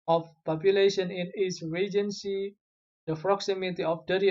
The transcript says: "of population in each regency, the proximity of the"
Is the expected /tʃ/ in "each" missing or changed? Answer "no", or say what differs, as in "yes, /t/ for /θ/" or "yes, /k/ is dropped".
yes, /s/ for /tʃ/